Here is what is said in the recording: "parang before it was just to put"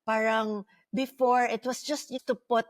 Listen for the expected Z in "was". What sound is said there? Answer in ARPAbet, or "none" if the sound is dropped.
S